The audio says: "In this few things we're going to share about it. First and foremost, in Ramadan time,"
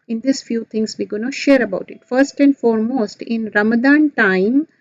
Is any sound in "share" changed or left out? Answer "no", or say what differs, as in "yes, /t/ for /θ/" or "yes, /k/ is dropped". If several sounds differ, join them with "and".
no